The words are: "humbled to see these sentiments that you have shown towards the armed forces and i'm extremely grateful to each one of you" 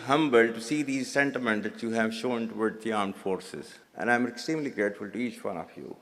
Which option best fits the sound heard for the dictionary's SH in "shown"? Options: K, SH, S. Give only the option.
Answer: SH